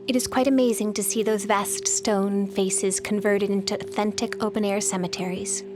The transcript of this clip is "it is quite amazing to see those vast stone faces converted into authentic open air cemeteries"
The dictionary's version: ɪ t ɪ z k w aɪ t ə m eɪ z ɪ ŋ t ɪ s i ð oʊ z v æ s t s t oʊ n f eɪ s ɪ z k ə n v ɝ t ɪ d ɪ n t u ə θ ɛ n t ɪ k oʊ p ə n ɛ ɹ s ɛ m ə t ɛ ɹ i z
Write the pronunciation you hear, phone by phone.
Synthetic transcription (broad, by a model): ɪ t ɪ z k w aɪ t ə m eɪ z ɪ ŋ t ɪ s i ð oʊ z v æ s t s t oʊ n f eɪ s ɪ z k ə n v ɝ t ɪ d ɪ n t u ə θ ɛ n t ɪ k oʊ p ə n ɛ ɹ s ɛ m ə t ɛ ɹ i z